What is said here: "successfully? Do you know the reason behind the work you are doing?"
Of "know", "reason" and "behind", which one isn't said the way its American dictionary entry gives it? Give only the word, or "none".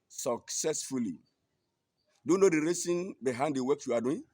reason